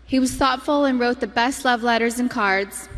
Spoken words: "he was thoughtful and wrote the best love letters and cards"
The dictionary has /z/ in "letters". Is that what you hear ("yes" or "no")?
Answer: yes